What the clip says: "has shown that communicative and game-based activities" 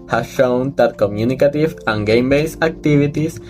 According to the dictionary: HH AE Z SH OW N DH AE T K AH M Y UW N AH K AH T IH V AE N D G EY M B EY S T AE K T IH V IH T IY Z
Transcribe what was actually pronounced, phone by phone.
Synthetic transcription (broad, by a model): HH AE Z SH OW N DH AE T K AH M Y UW N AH K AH T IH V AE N G EY M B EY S AE K T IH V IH T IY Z